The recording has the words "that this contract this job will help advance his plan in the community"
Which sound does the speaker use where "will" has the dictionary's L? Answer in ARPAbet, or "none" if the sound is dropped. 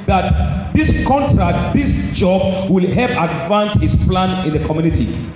L